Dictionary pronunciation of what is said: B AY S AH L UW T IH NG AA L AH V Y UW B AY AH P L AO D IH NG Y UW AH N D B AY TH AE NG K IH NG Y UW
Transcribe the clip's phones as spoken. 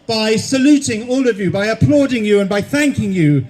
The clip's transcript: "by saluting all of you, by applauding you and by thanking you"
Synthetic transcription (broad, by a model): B AY S AH L UW T IH NG AA L AH V Y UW B AY AH P L AO D IH NG Y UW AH N B AY TH AE NG K IH NG Y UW